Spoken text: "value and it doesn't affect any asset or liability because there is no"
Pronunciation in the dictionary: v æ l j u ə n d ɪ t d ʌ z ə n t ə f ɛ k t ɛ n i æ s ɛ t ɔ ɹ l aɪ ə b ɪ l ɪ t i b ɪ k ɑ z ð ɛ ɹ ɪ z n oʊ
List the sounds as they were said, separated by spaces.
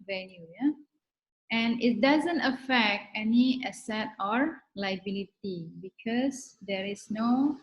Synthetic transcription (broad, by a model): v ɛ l j u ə n ɪ t d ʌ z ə n t ə f ɛ k t ɛ n i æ s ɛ t ɔ ɹ l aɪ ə b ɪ l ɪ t i b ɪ k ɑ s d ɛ ɹ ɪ s n oʊ